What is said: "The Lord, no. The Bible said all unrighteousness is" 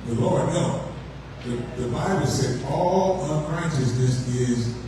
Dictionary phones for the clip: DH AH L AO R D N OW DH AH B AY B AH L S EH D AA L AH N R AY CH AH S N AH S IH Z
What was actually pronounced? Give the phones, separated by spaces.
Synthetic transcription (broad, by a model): DH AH L AO R D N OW DH AH B AY B AH L S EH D AA L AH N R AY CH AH S N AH S IH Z